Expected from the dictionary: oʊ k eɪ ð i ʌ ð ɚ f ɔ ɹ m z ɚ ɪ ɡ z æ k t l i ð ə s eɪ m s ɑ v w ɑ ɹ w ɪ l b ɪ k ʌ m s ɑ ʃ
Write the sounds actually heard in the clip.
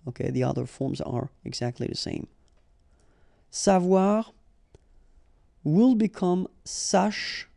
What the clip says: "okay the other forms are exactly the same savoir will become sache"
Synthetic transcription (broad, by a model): oʊ k eɪ ð i ʌ ð ɚ f ɔ ɹ m z ɚ ɪ ɡ z æ k t l i ð ə s eɪ m s ɑ v w ɑ ɹ w ɪ l b ɪ k ʌ m s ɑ ʃ